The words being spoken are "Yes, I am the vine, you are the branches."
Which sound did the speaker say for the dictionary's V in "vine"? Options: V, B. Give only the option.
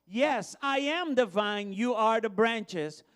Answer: V